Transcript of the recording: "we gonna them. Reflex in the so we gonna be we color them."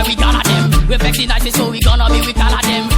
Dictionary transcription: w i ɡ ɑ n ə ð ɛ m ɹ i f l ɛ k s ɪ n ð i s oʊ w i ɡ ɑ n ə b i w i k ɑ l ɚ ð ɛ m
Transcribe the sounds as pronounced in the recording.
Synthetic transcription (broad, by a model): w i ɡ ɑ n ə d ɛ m w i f ɛ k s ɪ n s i s oʊ w i ɡ ɑ n ə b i w i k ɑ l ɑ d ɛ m